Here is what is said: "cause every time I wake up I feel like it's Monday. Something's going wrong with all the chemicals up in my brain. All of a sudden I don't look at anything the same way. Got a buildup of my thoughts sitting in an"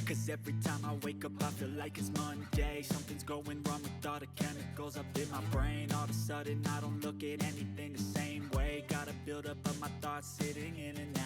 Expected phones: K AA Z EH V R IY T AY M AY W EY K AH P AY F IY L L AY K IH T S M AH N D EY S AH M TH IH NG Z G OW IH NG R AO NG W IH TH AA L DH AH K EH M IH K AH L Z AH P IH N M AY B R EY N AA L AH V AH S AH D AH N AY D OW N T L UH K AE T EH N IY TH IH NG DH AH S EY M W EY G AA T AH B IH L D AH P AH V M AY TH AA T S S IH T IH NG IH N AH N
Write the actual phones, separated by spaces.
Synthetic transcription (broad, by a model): K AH Z EH V R IY T AY M AY W EY K AH P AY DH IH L L AY K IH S M AH N D EY S AH M TH IH NG Z G OW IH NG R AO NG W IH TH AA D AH K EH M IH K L Z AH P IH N M AY B R EY N AA L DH AH S AH D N AY D OW N T L UH K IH T EH N IY TH IH NG DH AH S EY M W EY G AA T AH B IH L D AH P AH M AY TH AA T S S IH T IH NG IH N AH N